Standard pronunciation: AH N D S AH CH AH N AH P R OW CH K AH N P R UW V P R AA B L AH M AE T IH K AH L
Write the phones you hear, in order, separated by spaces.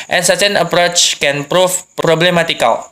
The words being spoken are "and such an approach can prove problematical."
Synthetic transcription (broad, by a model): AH N S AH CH AH N AH P R OW CH K AH N P R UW P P R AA B L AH M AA T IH K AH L